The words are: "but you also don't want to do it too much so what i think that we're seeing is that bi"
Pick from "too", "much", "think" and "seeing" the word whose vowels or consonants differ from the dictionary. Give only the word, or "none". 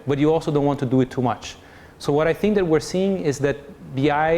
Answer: none